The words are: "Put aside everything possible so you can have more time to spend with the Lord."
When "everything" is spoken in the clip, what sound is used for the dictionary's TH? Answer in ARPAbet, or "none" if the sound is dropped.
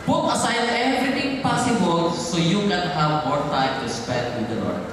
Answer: T